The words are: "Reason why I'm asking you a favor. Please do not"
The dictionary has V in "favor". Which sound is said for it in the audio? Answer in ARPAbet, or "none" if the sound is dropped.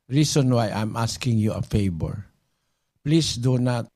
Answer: B